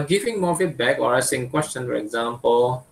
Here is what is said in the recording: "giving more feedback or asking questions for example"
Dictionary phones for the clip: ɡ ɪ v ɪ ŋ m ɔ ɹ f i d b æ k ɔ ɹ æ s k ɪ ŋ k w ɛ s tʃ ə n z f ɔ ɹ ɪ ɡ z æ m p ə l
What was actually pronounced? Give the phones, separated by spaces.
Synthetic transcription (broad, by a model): ɡ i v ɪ ŋ m ɔ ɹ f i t b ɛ k ɔ ɹ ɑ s ɪ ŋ k w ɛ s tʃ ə n f ɔ ɹ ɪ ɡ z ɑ m p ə l